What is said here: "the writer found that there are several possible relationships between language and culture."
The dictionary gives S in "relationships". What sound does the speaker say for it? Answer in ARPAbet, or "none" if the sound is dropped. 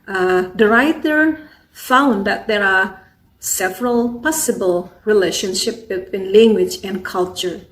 none